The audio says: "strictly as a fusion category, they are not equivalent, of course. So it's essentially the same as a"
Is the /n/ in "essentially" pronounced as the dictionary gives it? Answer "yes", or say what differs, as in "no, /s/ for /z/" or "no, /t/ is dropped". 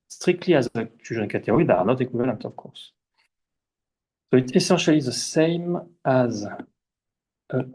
no, /n/ is dropped